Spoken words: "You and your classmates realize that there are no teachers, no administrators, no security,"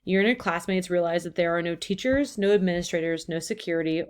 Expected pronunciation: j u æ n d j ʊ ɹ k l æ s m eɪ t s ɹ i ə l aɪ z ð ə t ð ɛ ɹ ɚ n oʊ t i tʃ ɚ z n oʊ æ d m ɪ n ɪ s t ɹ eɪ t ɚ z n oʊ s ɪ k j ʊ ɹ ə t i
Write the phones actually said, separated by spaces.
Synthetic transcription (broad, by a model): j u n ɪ k l æ s m eɪ t s ɹ i ə l aɪ z ð ə t ð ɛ ɹ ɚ n oʊ t i tʃ ɚ z n oʊ æ d m ɪ n ɪ s t ɹ eɪ t ɚ z n oʊ s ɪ k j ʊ ɹ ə t i